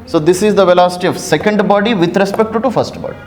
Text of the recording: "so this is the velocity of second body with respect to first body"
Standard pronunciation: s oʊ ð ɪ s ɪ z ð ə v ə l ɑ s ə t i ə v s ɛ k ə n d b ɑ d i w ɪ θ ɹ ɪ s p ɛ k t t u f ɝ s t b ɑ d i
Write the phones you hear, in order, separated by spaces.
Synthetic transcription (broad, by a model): s oʊ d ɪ s ɪ z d ə v ə l ɑ s ə t i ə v s ɛ k ə n d b ɑ d i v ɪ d ɹ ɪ s p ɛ k t t u f ɝ s t b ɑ d i